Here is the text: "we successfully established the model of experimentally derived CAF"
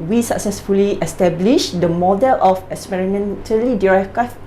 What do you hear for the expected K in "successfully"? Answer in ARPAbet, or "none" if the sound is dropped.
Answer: K